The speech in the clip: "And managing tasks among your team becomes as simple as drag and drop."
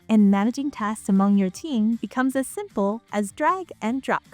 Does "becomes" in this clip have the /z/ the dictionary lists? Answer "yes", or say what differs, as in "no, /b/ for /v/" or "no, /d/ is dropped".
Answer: yes